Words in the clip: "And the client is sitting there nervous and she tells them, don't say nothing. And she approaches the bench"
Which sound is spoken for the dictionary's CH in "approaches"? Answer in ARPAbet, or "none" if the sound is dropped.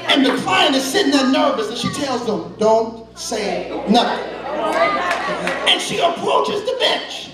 CH